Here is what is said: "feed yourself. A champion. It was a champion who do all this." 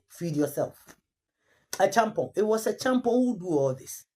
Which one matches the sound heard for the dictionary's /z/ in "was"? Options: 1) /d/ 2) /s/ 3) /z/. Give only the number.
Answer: 2